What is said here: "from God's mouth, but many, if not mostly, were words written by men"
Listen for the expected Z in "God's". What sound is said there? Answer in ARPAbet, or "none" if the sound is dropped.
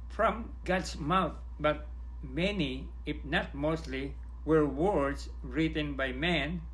S